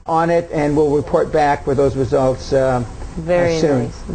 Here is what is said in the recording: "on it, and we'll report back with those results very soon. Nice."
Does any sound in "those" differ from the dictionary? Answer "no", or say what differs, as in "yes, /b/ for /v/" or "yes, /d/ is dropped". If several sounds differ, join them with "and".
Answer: no